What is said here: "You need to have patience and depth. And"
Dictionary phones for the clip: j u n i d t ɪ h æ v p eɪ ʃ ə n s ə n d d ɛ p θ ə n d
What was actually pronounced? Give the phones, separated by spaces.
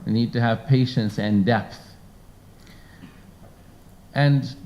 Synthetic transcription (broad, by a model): n i d t ɪ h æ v p eɪ ʃ ə n s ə n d d ɛ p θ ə n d